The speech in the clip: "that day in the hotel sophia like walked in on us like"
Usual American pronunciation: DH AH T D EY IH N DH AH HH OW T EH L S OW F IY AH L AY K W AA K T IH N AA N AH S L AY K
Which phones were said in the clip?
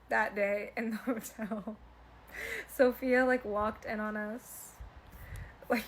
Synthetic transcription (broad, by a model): DH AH T D EY IH N DH AH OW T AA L S OW F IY L AY K W AA K T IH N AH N AH S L AY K